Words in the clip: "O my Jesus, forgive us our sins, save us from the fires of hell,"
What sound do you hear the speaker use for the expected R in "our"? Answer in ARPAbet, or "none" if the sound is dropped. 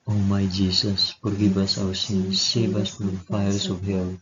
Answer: W